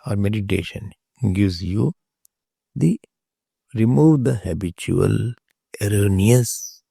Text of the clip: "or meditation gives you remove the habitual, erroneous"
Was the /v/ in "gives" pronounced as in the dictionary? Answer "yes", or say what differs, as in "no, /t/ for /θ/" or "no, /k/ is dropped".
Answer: no, /v/ is dropped